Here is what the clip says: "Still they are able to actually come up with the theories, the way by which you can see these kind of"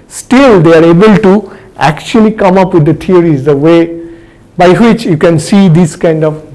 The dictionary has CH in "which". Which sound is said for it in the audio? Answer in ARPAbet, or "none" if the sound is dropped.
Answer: CH